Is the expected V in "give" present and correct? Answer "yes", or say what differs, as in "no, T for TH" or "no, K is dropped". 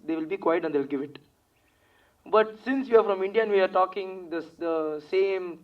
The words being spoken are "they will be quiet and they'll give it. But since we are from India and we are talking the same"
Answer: yes